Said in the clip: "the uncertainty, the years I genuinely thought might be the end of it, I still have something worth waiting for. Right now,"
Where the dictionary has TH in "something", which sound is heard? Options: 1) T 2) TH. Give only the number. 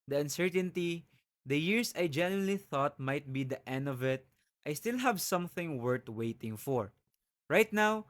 2